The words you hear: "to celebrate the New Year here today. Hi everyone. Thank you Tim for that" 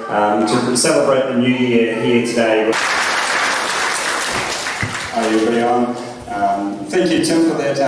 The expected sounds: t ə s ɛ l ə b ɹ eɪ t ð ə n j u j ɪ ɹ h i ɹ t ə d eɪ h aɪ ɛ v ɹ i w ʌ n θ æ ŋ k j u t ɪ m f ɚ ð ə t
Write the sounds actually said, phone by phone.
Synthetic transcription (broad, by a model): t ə s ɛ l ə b ɹ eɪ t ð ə n j u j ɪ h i t ə d eɪ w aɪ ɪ b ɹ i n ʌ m θ æ ŋ k j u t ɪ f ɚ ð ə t